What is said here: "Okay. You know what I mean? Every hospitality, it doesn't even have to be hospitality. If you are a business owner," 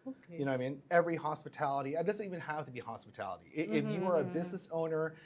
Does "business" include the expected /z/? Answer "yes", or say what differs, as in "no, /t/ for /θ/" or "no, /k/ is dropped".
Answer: yes